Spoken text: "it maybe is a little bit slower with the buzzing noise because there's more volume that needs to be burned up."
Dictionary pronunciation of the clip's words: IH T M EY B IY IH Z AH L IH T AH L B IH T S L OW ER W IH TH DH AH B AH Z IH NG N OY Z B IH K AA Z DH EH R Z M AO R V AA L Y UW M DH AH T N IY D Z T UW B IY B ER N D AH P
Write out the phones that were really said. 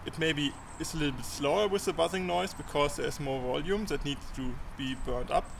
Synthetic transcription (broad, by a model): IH T M EY B IY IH S AH L IH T L B IH T S L OW ER W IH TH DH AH B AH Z IH NG N OY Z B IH K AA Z DH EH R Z M AO R V AA L Y UW M DH AH T N IY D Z T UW B IY B ER N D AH P